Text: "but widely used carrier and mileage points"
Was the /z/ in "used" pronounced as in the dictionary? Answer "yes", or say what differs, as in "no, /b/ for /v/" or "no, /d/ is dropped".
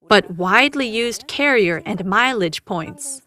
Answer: yes